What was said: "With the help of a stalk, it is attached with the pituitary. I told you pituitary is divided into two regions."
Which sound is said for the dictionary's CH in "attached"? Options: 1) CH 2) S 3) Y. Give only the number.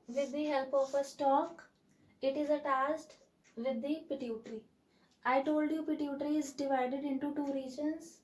2